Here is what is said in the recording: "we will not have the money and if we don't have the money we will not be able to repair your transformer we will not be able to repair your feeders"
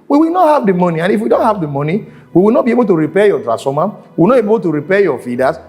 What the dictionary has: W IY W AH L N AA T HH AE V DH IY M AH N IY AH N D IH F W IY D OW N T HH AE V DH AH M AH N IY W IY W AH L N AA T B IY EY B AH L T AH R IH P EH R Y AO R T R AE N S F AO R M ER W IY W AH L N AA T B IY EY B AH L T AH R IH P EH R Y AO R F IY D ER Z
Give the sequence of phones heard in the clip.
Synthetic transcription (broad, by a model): W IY W AH L N AA T HH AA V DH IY M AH N IY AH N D IH F W IY D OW N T HH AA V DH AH M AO N IY W IY W AH L N AA T B IY EY B AH L T AH R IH P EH Y AO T R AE S AO M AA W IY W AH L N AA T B EY B AH L T AH R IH P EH Y AO F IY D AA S